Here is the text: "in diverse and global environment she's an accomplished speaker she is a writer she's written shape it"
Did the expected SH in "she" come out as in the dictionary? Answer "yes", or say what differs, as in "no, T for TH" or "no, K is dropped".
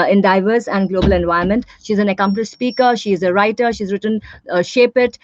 yes